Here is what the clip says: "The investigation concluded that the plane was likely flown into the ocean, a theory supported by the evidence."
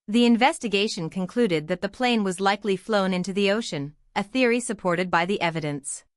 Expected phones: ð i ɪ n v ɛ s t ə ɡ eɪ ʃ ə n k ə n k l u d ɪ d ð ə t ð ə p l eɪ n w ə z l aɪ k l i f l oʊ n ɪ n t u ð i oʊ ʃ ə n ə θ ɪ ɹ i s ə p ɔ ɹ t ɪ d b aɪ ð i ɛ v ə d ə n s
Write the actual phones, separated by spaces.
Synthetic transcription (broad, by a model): ð i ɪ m v ɛ s t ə ɡ eɪ ʃ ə n k ə n k l u d ɪ d ð ə t ð ə p l eɪ n w ə z l aɪ k l i f l oʊ n ɪ n t u ð i oʊ ʃ ə n ə θ ɪ ɹ i s ə p ɔ ɹ t ɪ d b aɪ ð i ɛ v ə d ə n s